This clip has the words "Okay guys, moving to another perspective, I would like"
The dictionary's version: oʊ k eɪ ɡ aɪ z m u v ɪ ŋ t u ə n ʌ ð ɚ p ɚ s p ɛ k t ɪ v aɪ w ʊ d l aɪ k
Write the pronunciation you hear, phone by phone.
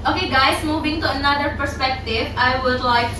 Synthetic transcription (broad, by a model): oʊ k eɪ ɡ aɪ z m u v ɪ ŋ t u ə n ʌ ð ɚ p ɚ s p ɛ k t ɪ v aɪ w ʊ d l aɪ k